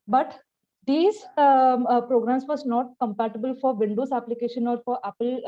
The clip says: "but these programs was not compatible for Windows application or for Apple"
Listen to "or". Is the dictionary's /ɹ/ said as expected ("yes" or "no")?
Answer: yes